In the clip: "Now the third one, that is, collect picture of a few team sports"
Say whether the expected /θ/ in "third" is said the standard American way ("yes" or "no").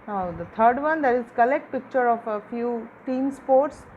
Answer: no